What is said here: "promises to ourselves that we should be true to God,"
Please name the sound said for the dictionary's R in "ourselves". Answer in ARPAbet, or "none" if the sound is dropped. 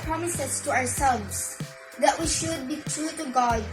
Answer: W